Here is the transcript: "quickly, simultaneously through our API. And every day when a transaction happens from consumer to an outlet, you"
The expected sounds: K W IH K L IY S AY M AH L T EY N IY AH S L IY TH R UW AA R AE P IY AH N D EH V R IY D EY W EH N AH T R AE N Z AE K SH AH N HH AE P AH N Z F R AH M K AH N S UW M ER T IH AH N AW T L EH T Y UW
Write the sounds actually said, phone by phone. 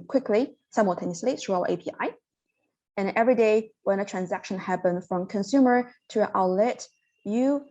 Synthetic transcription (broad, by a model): K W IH K L IY S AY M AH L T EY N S L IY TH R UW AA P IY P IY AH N EH V R IY D EY W EH N AH T R AE N Z AE K SH AH N HH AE P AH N F R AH M K AH N S UW M ER T IH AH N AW L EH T Y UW